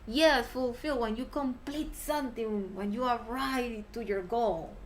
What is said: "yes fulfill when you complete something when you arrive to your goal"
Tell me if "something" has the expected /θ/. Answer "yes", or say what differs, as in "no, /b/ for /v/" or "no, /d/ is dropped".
no, /t/ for /θ/